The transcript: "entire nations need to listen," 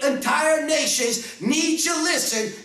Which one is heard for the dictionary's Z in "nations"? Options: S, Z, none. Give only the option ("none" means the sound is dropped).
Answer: Z